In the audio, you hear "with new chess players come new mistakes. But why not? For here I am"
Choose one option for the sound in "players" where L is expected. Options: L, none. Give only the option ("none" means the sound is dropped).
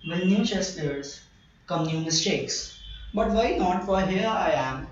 none